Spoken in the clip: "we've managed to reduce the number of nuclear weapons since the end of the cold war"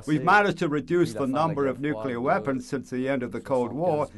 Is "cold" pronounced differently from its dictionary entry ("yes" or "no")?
no